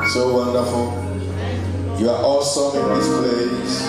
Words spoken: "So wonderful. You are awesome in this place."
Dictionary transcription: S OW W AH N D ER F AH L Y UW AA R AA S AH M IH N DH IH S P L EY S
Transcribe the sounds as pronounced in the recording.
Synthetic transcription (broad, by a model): S OW W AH N D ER F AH L Y UW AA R AA S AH IH N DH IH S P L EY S